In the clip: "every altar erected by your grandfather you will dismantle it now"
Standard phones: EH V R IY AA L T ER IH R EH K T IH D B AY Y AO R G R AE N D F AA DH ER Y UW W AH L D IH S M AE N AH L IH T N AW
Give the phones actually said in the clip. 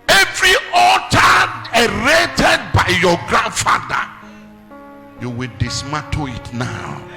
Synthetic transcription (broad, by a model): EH V R IY AA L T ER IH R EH T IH D B AY Y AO G R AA N D F AA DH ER Y UW W AH L D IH S M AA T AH IH T N AW